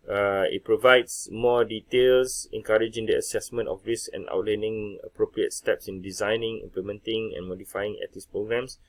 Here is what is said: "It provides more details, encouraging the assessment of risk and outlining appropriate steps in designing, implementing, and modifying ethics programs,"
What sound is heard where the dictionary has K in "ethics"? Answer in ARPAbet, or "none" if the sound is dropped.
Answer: none